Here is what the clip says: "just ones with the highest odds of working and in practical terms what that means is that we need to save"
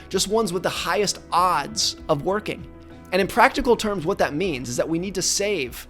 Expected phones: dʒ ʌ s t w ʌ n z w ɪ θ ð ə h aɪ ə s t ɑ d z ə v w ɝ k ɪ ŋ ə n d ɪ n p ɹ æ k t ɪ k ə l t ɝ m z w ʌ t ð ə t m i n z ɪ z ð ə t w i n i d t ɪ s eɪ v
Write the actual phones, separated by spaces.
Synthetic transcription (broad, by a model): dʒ ʌ s t w ʌ n z w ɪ ð ə h aɪ ə s t ɑ d z ə v w ɝ k ɪ ŋ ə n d ɪ n p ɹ æ k t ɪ k l t ɝ m z w ʌ t ð ə t m i n z ɪ z ð ə t w i n i d t ɪ s eɪ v